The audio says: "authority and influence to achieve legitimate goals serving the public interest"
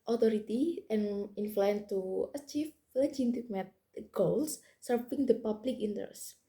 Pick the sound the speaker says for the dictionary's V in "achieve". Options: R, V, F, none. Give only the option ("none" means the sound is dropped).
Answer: F